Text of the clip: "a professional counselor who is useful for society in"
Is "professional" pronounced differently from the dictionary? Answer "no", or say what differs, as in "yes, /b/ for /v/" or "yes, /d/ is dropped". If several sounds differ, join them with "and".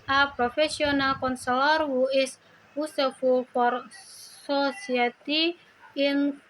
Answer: yes, /s/ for /ʃ/